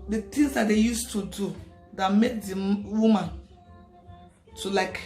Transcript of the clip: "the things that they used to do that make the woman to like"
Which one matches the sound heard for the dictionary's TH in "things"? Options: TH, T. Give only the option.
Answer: T